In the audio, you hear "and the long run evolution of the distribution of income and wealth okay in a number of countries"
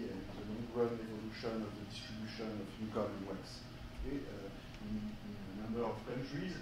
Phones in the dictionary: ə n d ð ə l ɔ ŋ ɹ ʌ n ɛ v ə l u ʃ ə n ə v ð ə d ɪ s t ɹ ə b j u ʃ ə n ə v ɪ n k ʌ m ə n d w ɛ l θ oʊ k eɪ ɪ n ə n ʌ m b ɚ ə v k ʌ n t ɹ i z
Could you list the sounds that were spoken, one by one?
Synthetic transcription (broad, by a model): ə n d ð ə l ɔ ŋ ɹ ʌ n ɛ v ə l u ʃ ə n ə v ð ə d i s t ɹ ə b j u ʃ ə n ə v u k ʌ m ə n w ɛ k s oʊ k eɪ ɪ n ə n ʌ m b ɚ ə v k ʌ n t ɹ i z